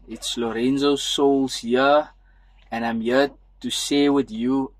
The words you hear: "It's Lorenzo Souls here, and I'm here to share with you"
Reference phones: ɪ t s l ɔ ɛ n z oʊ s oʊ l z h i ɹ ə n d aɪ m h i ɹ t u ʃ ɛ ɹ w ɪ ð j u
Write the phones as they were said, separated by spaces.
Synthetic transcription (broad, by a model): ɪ t s l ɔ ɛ n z oʊ s oʊ l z h i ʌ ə n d aɪ m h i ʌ t u s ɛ w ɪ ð j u